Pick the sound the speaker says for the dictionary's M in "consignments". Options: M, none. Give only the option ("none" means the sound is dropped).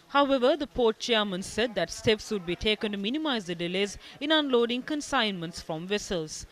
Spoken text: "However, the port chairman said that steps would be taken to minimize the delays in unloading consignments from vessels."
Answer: M